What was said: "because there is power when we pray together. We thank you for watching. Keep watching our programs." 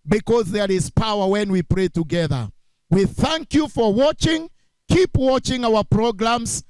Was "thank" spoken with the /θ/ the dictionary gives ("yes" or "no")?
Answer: yes